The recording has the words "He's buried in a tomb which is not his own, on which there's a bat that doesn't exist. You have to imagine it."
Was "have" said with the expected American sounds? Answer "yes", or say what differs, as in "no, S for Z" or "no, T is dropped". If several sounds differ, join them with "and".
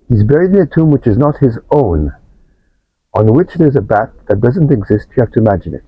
no, F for V